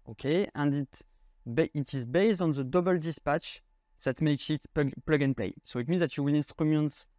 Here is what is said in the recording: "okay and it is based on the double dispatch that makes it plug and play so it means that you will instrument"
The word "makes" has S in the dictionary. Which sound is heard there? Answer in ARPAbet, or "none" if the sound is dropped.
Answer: S